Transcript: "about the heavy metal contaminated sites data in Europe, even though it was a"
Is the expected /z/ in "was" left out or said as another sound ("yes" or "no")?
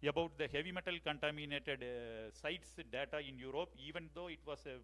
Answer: yes